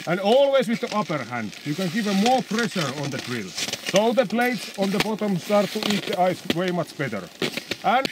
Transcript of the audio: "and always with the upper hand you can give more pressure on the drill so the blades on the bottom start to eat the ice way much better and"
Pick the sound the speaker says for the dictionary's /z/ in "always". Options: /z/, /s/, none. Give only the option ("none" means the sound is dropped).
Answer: /s/